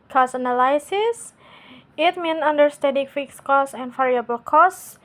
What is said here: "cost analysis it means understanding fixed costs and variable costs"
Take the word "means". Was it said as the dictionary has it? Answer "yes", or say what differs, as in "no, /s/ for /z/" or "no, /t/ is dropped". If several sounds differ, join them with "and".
no, /z/ is dropped